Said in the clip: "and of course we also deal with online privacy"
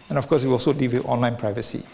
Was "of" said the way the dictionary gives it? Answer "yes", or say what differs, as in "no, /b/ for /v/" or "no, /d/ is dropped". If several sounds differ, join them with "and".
no, /f/ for /v/